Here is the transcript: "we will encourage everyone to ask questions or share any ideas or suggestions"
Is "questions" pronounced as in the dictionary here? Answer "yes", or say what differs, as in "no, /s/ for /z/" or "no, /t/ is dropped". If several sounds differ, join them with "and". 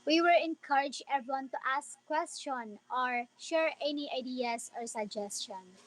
no, /z/ is dropped